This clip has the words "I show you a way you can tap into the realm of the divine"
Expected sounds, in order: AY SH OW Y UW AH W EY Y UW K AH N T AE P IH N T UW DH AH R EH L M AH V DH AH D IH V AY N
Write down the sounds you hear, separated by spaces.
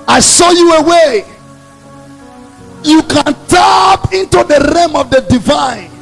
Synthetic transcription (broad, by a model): AY S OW Y UW AH W EY Y UW K AH N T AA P IH N T UW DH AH R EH M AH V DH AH D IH V AY N